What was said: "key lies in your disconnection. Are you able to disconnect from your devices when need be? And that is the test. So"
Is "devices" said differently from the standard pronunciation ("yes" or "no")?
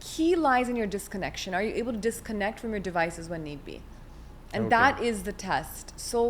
no